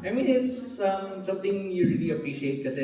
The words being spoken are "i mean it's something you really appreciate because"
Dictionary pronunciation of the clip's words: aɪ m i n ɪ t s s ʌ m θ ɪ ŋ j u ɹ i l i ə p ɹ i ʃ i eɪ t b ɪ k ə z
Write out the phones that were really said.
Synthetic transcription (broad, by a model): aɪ m i n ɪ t s s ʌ m t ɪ ŋ j u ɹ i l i ə p ɹ i ʃ i eɪ t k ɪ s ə